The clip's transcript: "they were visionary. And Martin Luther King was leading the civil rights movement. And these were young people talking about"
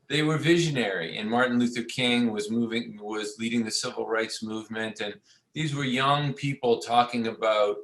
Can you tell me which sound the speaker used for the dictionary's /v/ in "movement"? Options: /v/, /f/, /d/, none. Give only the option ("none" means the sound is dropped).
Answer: /v/